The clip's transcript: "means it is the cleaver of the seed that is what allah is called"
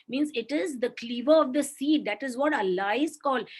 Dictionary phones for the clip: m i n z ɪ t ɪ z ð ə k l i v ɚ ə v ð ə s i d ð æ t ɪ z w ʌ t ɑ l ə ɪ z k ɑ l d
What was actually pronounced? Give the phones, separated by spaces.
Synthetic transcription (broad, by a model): m i n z ɪ t ɪ z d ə k l i v ɚ ə v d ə s i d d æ t ɪ z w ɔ t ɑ l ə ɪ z k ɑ l